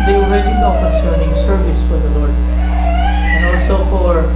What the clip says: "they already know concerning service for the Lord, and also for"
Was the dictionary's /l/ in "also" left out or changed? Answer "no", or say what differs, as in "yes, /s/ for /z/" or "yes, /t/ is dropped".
yes, /l/ is dropped